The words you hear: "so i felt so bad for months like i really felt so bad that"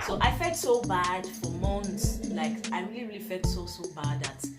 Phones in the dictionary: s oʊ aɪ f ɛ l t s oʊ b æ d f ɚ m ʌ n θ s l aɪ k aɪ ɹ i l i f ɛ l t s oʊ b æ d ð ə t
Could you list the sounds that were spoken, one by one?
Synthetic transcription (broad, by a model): s oʊ aɪ f ɛ l t s oʊ b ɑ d f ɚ m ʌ n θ s l aɪ k aɪ ɹ i l i f ɛ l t s oʊ b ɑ d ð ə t